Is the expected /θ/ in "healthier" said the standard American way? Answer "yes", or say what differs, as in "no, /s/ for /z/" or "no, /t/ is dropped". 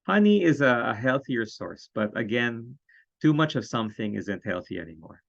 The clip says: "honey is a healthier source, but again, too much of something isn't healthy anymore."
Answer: yes